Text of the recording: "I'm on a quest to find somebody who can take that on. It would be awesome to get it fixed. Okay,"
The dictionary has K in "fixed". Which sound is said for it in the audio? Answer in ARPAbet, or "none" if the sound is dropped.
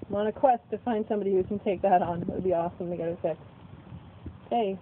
none